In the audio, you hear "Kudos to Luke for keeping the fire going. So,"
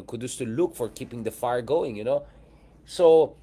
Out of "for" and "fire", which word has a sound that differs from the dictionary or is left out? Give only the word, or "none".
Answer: none